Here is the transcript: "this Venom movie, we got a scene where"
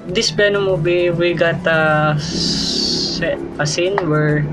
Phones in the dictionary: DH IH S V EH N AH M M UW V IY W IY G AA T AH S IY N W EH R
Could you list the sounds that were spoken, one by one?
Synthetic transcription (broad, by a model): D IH S B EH N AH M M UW B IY W IY G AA T AH S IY N W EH R